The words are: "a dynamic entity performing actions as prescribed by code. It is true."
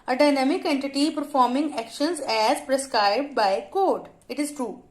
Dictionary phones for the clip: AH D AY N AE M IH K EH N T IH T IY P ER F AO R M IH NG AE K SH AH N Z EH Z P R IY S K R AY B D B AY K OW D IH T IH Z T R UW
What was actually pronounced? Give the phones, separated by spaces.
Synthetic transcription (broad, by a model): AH D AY N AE M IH K EH N T IH T IY P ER F AO R M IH NG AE K SH AH N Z EH Z P R IY S K R AY B D B AY K OW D IH T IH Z T R UW